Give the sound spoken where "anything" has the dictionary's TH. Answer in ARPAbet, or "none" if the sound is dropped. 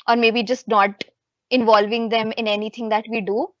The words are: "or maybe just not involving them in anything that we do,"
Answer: T